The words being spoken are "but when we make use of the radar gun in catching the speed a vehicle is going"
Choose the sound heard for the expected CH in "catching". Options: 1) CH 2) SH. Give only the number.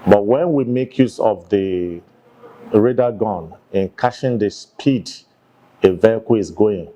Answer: 2